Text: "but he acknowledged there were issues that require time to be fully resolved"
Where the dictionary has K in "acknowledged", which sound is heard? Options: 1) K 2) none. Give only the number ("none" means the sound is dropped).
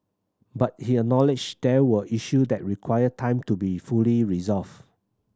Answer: 2